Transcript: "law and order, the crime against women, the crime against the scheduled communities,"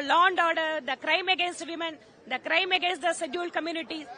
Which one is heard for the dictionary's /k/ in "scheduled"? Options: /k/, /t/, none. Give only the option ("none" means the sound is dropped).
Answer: none